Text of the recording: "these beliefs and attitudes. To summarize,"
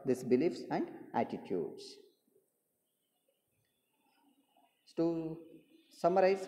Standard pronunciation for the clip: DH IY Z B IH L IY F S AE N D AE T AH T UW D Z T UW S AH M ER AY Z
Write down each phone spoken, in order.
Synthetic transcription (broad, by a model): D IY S B IH L IY F S AE N D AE T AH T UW D S T UW S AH M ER AY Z